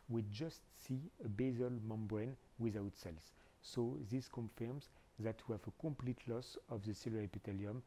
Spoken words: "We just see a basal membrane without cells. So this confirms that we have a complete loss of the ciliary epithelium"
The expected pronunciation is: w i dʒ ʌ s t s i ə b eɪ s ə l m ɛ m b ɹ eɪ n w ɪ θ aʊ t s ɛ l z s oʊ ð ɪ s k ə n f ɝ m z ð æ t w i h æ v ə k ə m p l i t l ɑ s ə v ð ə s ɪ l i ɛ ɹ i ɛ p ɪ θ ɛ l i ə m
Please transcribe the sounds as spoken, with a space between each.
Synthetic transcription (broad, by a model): w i dʒ ʌ s t s i ə b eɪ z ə l m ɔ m b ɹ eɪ n w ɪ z aʊ t s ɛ l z s oʊ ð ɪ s k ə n f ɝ m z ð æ t w i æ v ə k ə m p l i t l ɑ s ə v ð ə s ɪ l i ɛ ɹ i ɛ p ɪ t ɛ l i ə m